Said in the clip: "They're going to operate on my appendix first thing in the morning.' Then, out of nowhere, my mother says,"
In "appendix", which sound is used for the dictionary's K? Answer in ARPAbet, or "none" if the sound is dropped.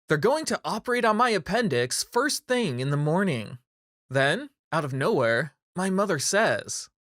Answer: K